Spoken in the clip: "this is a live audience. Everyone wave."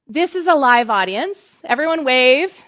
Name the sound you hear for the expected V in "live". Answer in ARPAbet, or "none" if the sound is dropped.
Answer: V